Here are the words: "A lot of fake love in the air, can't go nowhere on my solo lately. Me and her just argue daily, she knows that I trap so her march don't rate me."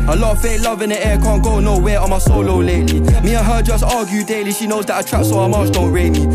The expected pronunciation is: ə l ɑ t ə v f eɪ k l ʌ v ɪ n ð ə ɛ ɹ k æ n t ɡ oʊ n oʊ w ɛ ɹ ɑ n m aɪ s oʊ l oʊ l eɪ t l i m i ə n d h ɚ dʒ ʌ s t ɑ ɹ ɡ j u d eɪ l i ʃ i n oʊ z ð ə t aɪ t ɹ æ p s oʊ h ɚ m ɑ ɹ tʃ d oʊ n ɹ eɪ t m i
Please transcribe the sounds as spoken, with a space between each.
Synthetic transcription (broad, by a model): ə l ɑ t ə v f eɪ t l ʌ v ɪ n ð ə ɛ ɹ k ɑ n ɡ oʊ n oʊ w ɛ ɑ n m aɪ s oʊ l oʊ l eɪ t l i m i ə h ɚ dʒ ʌ s t ɑ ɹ ɡ j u d eɪ l i ʃ i n oʊ z ð ə t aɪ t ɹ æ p s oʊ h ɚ m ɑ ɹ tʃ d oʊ ɹ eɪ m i